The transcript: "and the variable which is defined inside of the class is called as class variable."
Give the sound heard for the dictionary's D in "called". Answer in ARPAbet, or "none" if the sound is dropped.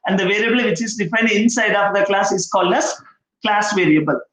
D